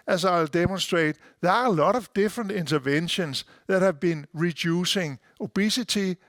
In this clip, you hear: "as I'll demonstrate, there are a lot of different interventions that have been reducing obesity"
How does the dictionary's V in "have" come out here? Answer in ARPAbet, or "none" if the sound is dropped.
V